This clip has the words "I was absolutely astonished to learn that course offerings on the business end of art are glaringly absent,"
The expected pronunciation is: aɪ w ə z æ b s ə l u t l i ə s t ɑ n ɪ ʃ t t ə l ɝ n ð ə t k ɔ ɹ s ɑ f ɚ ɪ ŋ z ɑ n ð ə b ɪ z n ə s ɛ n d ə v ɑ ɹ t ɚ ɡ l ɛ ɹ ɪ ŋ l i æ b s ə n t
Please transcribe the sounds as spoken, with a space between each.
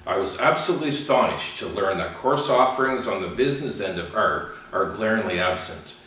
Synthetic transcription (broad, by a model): aɪ w ə z æ b s ə l u t l i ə s t ɑ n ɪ ʃ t t ə l ɝ n ð ə t k ɔ ɹ s ɑ f ɚ ɪ ŋ z n ð ə b ɪ z n ə s ɛ n d ə v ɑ ɹ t ɚ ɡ l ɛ ɹ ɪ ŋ l i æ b s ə n t